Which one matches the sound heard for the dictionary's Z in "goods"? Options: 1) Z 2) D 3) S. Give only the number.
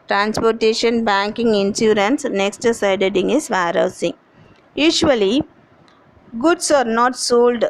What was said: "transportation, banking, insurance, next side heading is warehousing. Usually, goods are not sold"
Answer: 3